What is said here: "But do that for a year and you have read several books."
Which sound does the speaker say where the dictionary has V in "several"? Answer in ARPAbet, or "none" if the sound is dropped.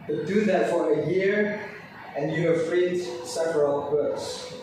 V